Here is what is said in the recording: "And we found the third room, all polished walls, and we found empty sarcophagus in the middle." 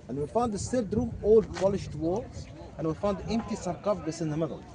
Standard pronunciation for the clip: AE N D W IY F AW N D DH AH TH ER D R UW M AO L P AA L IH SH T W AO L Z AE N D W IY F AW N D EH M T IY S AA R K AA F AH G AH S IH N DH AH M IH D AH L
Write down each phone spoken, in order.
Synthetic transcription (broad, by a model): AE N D W IY F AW N D DH AH S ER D R UW M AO L P AA L IH SH T W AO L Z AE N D W IY F AW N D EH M T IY S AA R K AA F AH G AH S IH N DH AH M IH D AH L